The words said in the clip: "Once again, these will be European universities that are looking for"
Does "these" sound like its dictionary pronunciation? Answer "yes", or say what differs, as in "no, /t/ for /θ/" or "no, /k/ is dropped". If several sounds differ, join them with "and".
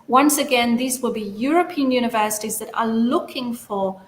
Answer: yes